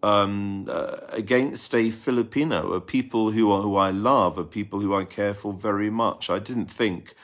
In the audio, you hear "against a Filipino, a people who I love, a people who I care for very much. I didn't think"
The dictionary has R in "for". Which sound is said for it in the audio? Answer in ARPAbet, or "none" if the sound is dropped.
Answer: L